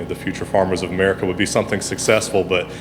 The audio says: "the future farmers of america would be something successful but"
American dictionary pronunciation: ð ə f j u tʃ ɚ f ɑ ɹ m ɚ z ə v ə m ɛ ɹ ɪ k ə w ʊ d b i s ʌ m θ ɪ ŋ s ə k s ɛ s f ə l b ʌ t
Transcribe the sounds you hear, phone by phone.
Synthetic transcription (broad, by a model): ð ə f j u tʃ ɚ f ɑ ɹ m ɚ z ə v ə m ɛ ɹ ɪ k ə w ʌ d b i s ʌ m θ ɪ ŋ s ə k s ɛ s f l b ʌ t